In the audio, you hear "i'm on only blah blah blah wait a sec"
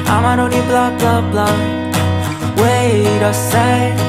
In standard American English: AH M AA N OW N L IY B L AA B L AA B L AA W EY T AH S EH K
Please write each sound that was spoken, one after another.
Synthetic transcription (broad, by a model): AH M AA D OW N IY B L AA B L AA B L AA W EY T AH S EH